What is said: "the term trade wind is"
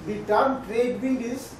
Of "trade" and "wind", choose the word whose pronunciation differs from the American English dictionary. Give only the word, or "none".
wind